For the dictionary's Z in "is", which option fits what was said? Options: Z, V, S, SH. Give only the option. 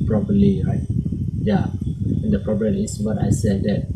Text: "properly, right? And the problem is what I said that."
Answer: S